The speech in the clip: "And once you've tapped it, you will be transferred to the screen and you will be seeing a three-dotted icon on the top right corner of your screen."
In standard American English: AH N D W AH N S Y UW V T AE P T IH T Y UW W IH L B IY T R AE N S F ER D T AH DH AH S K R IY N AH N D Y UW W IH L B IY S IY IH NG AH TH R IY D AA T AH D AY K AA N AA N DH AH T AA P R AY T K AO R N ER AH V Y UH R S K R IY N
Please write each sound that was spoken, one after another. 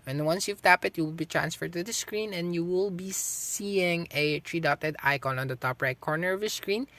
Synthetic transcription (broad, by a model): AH N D W AH N S Y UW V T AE P IH T Y UW W IH L B IY T R AE N S F ER D T AH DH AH S K R IY N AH N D Y UW W IH L B IY S IY IH NG AH T R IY D AA T AH D AY K AA N AA N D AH T AA P R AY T K AO R N ER AH V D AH S K R IY N